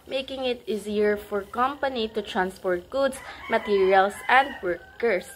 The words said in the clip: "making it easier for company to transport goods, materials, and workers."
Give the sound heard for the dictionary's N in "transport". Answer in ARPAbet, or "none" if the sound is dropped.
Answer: N